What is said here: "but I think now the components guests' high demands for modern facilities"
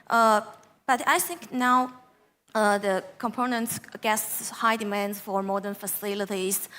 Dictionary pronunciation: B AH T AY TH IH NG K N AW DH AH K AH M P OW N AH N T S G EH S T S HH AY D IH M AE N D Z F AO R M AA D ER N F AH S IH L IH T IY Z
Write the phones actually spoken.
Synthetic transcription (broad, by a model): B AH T AY TH IH NG K N AW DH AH K AH M P OW N AH N T S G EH T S HH AY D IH M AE N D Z F AO R M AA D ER N F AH S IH L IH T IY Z